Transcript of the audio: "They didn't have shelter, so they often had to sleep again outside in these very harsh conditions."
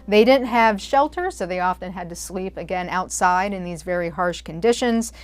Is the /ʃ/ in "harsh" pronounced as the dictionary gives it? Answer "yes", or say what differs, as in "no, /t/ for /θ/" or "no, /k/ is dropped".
yes